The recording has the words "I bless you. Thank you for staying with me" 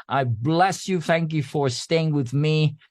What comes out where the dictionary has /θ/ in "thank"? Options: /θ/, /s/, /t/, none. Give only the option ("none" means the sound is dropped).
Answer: /θ/